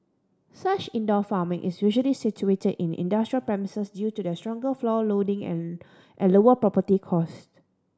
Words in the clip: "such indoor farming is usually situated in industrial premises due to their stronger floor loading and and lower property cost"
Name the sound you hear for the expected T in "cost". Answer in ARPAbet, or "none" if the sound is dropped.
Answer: T